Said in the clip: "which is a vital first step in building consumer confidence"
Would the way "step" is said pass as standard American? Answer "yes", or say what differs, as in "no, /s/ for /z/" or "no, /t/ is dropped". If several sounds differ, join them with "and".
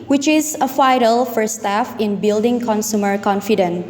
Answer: no, /f/ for /p/